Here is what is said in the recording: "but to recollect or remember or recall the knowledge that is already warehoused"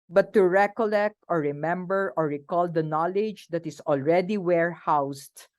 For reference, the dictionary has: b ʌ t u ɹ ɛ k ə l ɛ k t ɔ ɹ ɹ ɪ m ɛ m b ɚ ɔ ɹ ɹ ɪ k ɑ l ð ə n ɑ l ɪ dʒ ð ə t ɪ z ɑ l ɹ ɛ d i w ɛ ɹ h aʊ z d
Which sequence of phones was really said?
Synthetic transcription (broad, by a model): b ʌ t u ɹ ɛ k ə l ɛ k t ɔ ɹ ɹ ɪ m ɛ m b ɚ ɔ ɹ ɹ ɪ k ɑ l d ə n ɑ l ɪ dʒ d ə t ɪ s ɑ l ɹ ɛ d i w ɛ ɹ h aʊ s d